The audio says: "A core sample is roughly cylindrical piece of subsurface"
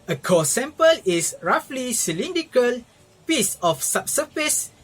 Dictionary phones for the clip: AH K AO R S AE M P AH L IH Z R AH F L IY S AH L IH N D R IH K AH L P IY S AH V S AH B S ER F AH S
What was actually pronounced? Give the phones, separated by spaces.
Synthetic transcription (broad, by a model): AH K AO S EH M P AH L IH S R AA F L IY S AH L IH N D IH K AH L P IY S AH F S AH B S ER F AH S